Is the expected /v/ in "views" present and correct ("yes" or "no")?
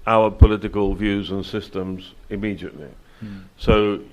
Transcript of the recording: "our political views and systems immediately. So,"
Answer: yes